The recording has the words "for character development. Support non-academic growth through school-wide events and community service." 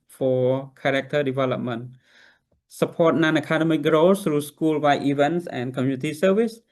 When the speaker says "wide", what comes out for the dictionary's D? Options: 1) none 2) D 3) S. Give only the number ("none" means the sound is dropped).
1